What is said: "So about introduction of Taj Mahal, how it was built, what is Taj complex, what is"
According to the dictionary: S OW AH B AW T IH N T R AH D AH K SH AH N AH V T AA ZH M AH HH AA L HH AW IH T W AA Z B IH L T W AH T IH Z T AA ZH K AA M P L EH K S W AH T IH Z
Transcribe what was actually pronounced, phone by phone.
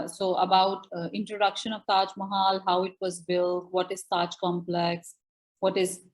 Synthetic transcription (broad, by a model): S OW AH B AW T IH N T R AH D AH K SH AH N AH V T AA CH M AH HH AA L HH AW IH T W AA Z B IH L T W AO T IH Z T AA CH K AA M P L EH K S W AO T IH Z